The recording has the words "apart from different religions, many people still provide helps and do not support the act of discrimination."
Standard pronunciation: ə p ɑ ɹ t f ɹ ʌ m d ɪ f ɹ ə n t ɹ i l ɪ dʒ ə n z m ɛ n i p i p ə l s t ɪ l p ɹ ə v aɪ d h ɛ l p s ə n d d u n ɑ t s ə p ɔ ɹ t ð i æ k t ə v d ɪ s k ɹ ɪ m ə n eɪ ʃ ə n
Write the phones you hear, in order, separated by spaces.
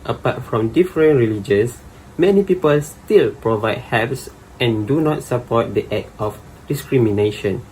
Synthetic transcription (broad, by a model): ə p ɑ t f ɹ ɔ m d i f ɹ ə n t ɹ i l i dʒ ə n s m ɛ n i p i p ə l s t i l p ɹ ə v aɪ d h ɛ p s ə n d d u n ɑ t s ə p ɔ t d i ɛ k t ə f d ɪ s k ɹ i m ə n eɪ ʃ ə n